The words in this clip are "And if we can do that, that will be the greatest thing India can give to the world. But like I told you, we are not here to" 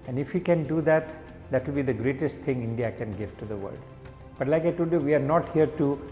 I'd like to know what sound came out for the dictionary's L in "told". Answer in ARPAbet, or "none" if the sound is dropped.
none